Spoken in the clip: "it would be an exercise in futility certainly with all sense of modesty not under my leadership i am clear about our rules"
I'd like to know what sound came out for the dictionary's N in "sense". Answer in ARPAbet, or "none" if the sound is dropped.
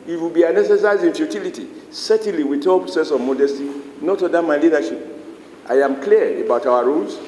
none